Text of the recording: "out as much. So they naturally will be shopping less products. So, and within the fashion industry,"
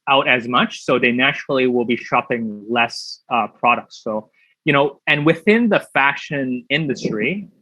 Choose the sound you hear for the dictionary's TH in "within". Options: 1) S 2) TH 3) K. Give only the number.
2